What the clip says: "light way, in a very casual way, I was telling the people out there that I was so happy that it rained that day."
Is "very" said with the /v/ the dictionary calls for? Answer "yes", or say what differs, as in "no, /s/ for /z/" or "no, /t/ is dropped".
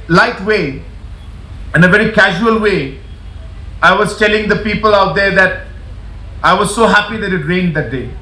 yes